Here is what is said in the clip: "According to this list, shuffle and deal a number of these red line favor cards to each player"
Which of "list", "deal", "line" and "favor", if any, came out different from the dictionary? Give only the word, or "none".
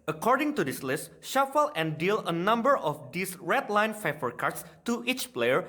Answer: favor